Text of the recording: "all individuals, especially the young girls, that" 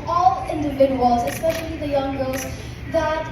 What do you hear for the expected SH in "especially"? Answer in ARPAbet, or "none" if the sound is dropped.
SH